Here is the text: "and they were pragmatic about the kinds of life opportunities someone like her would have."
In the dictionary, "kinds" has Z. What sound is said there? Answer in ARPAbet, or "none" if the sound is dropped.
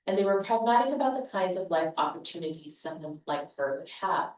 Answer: Z